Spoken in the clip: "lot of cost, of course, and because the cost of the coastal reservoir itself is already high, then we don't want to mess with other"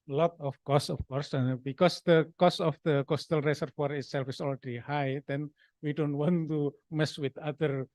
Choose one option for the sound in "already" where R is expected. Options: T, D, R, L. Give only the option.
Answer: L